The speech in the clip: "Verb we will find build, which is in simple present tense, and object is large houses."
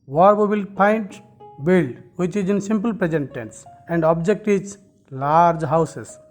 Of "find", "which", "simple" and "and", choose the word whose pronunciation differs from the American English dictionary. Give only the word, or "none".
find